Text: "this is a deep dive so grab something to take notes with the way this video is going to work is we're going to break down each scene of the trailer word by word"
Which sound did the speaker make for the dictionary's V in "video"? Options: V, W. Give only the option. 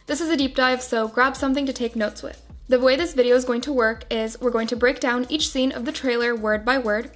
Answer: V